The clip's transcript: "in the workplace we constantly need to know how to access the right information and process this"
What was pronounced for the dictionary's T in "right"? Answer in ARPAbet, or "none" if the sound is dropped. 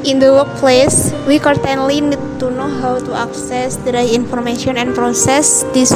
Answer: none